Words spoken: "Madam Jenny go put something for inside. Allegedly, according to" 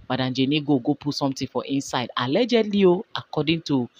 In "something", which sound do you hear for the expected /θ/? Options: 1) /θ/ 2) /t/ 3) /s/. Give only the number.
2